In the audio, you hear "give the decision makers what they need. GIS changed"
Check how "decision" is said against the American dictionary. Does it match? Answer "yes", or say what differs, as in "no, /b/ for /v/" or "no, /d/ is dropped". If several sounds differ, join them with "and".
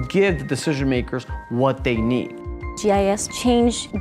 yes